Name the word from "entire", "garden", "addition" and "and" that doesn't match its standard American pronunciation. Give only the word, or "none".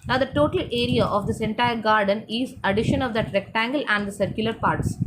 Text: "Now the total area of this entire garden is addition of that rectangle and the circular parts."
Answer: none